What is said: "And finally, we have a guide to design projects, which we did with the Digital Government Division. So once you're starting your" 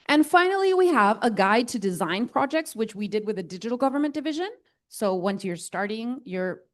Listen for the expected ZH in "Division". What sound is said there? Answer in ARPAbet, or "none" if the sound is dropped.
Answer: ZH